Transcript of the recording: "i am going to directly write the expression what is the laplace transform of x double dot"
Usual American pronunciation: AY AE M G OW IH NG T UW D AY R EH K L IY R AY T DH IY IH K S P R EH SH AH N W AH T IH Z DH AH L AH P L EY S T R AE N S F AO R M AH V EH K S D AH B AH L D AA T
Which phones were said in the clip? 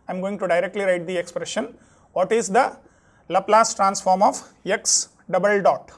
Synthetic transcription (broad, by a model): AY M G OW IH NG T UW D AY R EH K L IY R AY T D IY IH K S P R EH SH AH N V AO T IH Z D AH L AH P L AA S T R AE N S F AO R M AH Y EH K S D AH B AH L D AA T